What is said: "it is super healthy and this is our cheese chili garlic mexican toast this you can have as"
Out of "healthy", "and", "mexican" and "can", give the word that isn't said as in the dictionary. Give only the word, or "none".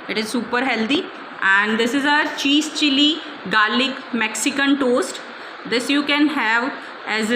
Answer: healthy